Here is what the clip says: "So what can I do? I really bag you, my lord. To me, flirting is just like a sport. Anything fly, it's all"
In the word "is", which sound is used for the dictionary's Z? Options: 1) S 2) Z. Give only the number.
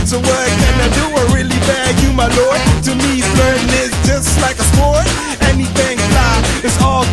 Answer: 1